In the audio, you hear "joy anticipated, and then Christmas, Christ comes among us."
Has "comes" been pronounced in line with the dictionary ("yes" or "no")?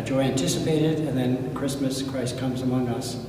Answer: yes